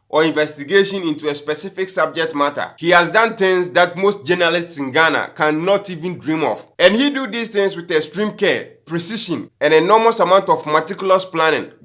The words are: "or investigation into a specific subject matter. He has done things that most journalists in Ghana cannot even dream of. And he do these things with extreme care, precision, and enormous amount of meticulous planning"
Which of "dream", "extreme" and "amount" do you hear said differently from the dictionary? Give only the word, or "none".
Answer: extreme